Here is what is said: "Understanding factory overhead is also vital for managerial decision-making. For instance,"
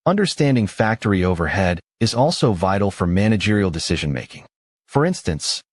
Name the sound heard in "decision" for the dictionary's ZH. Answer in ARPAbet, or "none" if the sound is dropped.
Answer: ZH